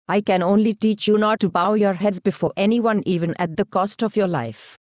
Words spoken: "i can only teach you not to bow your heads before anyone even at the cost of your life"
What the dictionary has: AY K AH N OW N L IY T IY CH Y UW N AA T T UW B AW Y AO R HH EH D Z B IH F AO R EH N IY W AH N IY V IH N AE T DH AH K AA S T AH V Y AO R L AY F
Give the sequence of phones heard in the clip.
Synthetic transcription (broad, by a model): AY K AH N OW N L IY T IY CH Y UW N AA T T UW B AW Y AO R HH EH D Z B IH F AO R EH N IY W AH N IY V IH N AE T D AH K AA S T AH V Y AO R L AY F